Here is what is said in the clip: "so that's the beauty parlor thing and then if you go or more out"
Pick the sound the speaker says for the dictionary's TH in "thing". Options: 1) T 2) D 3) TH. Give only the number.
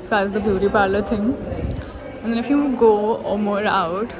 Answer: 1